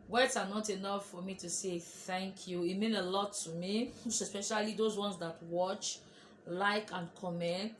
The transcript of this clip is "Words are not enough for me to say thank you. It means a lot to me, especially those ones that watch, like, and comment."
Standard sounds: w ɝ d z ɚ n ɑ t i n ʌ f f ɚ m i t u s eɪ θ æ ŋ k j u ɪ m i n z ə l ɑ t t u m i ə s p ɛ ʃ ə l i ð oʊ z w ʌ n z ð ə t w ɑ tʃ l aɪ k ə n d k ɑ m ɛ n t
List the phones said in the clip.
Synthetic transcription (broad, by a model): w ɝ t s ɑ n ɑ t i n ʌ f f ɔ m i t u s eɪ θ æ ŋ k j u ɪ m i n ə l ɑ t t u m i ə s p ɛ ʃ ə l i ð oʊ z w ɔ n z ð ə t w ɑ tʃ l aɪ k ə n k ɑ m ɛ n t